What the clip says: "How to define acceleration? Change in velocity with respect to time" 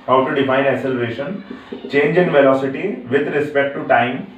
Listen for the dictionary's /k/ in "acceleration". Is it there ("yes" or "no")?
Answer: no